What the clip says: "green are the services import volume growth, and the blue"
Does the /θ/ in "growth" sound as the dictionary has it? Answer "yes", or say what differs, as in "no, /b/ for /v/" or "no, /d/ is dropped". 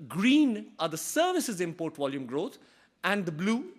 no, /t/ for /θ/